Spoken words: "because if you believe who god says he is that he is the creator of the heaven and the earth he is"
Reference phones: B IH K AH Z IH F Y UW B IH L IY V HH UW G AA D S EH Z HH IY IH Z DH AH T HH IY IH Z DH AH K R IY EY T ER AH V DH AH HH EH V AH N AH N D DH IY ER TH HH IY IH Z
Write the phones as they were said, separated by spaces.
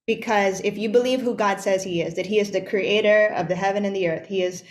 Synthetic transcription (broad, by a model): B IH K AH Z IH F Y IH B IH L IY V HH UW G AA D S EH Z HH IY IH Z DH AH T HH IY IH Z DH AH K R IY EY T ER AH V DH AH HH EH V AH N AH N DH IY ER TH HH IY IH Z